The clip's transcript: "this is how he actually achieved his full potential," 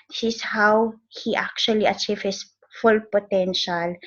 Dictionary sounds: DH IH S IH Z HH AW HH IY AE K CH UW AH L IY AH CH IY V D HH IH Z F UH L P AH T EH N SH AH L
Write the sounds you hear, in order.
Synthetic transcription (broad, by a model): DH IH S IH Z HH AW HH IY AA K CH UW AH L IY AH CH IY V HH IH S F UH L P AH T EH N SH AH L